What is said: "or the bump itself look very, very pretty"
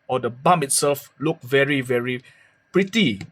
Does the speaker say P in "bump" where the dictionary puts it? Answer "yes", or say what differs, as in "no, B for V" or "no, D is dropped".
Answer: no, P is dropped